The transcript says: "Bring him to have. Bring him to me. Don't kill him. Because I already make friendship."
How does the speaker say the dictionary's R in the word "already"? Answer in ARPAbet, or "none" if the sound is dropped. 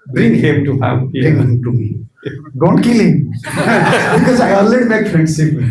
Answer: L